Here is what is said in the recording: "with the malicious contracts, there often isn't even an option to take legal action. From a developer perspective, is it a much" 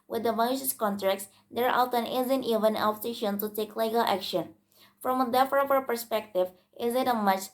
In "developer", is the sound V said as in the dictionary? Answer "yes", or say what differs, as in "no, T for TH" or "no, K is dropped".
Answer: no, F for V